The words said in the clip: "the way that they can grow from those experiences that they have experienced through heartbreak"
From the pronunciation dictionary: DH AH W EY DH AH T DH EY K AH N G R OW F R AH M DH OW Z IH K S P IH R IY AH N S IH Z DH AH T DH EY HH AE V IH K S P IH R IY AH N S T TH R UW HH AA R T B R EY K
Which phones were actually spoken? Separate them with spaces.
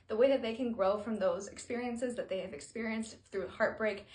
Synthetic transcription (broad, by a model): DH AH W EY DH AH T DH EY K AH N G R OW F R AH M DH OW Z IH K S P IH R IY AH N S IH Z DH AH T DH EY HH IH V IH K S P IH R IY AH N S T TH R UW HH AA R T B R EY K